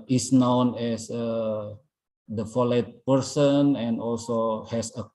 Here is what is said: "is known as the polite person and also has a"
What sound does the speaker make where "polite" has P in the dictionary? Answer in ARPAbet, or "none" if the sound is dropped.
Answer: F